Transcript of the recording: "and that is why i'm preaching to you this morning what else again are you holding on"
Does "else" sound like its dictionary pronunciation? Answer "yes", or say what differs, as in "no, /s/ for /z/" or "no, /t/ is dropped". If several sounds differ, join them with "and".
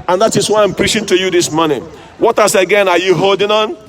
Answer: no, /l/ is dropped